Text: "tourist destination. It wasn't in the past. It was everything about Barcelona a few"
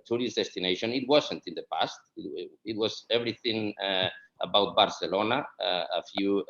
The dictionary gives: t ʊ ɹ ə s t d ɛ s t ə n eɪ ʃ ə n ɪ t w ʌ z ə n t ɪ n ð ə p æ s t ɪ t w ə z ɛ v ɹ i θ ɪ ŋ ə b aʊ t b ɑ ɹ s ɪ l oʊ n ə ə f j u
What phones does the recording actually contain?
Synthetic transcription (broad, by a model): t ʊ ɹ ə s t d ɛ s t ə n eɪ ʃ ə n ɪ t w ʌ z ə n t ɪ n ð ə p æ s t ɪ t w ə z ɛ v ɹ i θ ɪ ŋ ə b aʊ t b ɑ ɹ s ɪ l oʊ n ə ə f j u